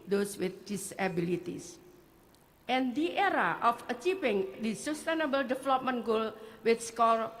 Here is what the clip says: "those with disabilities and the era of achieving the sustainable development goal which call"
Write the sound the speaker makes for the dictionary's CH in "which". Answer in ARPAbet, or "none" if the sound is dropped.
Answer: S